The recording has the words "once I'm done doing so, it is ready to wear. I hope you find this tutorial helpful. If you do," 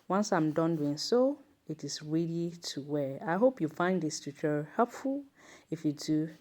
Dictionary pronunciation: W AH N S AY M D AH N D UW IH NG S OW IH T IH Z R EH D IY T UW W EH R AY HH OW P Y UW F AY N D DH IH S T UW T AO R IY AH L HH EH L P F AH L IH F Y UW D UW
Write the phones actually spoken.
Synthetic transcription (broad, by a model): W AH N S AY M D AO N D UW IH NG S OW IH T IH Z R EH D IY T UW W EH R AY HH OW P Y UW F AY N D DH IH S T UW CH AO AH HH EH L P F AH L IH F Y UW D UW